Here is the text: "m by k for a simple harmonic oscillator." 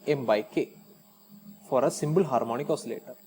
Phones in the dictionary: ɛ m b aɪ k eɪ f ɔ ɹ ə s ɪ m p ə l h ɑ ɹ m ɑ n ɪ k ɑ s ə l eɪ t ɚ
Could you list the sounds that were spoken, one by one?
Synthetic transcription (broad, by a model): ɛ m b aɪ k eɪ f ɔ ɹ ə s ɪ m b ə l h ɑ ɹ m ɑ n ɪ k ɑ s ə l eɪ t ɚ